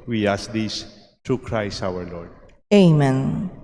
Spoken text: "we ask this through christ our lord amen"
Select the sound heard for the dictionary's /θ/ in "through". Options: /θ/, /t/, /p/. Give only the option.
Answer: /t/